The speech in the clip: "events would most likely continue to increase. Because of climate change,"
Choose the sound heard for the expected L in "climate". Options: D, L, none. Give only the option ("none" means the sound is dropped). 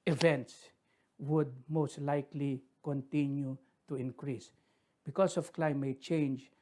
L